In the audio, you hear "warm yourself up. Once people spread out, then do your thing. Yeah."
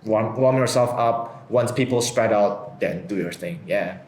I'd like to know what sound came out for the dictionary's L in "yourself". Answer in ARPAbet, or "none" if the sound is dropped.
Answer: L